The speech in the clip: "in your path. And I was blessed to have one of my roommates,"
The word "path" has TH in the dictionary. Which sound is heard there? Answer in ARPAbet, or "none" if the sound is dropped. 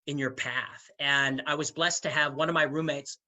TH